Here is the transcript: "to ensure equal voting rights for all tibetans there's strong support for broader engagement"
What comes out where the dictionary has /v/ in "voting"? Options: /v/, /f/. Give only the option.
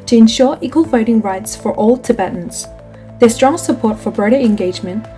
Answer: /f/